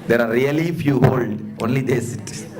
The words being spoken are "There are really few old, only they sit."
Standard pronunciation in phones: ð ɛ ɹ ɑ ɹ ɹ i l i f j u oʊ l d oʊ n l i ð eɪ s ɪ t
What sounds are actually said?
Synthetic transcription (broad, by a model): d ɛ ɹ ɑ ɹ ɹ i l i f j u oʊ l d oʊ n l i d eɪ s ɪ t